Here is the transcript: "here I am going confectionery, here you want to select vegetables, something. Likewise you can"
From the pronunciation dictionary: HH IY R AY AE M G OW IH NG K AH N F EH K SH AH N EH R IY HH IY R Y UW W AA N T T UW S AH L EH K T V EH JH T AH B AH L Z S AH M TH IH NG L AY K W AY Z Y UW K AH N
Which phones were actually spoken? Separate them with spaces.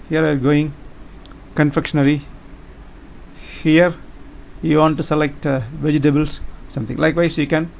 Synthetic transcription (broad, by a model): HH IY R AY G OW IH NG K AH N F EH K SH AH N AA R IY HH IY R Y UW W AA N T T UW S AH L EH K T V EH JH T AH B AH L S S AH M T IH NG L AY K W AY S Y UW K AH N